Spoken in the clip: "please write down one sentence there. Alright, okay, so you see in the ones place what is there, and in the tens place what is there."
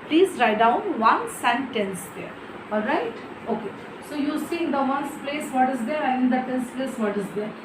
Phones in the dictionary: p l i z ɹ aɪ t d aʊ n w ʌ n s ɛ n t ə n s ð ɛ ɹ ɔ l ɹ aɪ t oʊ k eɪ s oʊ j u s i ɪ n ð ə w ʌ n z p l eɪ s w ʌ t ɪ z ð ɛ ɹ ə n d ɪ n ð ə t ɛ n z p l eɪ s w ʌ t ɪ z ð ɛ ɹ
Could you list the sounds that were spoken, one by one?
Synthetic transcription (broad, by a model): p l i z ɹ aɪ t d aʊ n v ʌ n s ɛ n t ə n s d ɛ ɹ ɔ l ɹ aɪ t oʊ k eɪ s oʊ j u s i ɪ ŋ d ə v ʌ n s p l eɪ s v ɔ t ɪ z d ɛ ɹ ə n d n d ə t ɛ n s p l eɪ s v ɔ t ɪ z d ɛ ɹ